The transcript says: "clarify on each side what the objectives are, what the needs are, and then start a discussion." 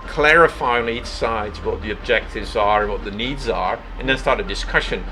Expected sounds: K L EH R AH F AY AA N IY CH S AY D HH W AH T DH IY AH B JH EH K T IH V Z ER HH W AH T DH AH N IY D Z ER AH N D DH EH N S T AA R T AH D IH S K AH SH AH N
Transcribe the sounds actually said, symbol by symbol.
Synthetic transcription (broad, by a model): K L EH R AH F AY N IY CH S AY D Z W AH T DH IY AH B JH EH K T IH V Z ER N W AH T DH AH N IY D Z ER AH N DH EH N S T AA R T AH D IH S K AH SH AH N